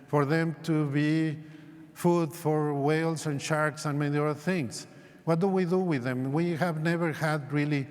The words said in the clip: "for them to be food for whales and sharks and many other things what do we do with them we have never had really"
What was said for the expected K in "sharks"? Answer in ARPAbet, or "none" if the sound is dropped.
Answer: K